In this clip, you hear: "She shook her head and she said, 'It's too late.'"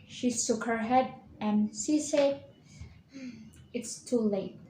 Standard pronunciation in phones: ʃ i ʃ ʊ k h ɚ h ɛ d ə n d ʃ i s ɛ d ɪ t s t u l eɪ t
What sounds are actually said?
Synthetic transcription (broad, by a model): ʃ i s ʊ k h ɚ h ɛ d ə n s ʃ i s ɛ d ɪ t s t u l eɪ t